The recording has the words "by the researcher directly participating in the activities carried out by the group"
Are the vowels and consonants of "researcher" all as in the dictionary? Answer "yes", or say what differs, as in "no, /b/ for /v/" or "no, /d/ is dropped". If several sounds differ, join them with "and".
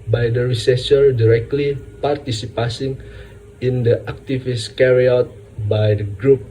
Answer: no, /s/ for /tʃ/